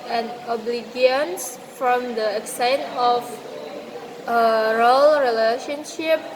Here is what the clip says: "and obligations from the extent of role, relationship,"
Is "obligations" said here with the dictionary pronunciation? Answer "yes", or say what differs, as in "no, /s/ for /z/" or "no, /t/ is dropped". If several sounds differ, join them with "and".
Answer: no, /ʃ/ is dropped and /s/ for /z/